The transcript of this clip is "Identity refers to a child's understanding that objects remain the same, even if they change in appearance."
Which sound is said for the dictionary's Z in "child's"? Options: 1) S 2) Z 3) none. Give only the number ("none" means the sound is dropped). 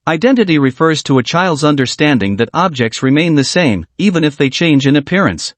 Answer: 2